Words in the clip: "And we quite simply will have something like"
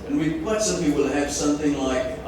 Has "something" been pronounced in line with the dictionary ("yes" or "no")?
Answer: yes